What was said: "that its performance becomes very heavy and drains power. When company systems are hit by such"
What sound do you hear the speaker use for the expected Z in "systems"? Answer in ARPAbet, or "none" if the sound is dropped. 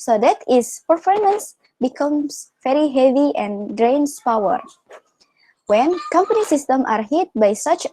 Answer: none